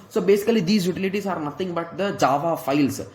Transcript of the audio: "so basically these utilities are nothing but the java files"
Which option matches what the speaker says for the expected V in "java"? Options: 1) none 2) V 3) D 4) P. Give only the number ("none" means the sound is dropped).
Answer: 2